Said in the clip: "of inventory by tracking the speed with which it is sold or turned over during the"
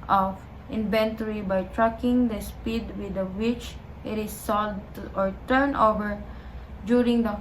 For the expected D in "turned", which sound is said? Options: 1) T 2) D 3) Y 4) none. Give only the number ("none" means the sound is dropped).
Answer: 4